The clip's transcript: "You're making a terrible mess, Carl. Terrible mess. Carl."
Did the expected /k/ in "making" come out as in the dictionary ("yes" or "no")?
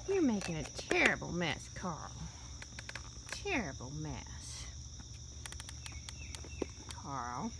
yes